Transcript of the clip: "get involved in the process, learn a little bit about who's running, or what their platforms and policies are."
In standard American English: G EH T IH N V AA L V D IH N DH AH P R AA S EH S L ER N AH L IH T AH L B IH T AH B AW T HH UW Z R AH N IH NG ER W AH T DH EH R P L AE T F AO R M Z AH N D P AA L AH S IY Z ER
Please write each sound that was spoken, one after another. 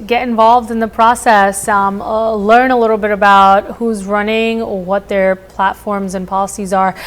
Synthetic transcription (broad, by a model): G EH T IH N V AA L V D IH N DH AH P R AA S EH S L ER N AH L IH T L B IH T AH B AW T HH UW Z R AH N IH NG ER W AH T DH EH R P L AE T F AO R M Z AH N P AA L AH S IY Z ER